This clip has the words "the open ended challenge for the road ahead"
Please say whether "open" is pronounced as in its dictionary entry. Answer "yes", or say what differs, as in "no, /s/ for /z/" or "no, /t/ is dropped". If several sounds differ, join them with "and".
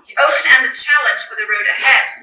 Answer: no, /p/ is dropped